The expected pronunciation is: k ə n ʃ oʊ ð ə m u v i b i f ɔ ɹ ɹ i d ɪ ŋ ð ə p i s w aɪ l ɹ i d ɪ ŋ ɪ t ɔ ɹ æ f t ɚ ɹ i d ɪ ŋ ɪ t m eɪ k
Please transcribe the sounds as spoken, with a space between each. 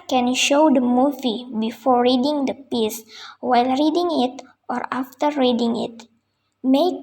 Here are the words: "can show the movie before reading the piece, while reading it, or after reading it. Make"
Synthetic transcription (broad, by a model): k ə n ʃ oʊ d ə m u v i b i f ɔ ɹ ɹ i d ɪ ŋ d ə p i s w aɪ l ɹ i d ɪ ŋ ɪ t ɔ ɹ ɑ f t ɚ ɹ i d ɪ ŋ ɪ t m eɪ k